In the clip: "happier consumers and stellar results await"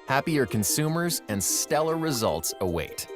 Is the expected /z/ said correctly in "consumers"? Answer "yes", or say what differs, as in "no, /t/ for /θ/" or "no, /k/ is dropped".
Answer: yes